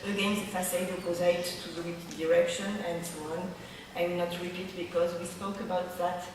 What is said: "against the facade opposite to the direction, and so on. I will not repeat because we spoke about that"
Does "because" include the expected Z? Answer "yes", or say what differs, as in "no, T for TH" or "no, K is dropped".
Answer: yes